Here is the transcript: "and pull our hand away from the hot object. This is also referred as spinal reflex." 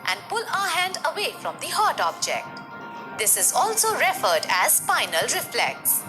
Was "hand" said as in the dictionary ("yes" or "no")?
yes